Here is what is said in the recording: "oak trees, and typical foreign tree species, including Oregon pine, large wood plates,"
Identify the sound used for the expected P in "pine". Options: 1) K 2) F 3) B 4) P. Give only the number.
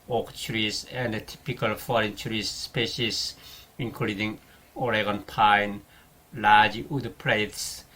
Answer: 4